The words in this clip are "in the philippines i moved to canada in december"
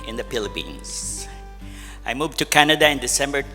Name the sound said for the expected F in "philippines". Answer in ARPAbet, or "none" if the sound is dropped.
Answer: P